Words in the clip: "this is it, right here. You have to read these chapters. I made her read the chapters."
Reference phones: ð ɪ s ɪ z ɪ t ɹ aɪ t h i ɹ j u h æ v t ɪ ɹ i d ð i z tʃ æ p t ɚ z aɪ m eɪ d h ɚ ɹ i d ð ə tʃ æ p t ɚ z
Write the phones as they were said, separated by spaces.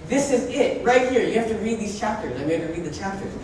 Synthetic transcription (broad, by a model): ð ɪ s ɪ z ɪ t ɹ aɪ t h i ɹ j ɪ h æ f t ɪ ɹ i d ð i z tʃ æ p t ɚ z aɪ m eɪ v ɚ ɹ i d ð ə tʃ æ p t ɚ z